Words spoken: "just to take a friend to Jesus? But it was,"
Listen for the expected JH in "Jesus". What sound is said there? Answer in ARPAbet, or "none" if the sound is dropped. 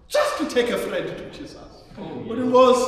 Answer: CH